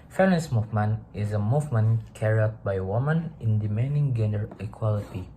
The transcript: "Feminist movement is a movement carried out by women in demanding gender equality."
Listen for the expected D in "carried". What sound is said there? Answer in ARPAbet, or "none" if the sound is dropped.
none